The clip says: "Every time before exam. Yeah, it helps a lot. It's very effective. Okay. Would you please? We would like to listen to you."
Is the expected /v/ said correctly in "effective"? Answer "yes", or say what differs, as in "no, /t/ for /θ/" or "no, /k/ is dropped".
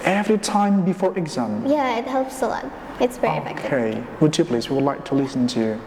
no, /v/ is dropped